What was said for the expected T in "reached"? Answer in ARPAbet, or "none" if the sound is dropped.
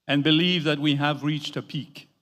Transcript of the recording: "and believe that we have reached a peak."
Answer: T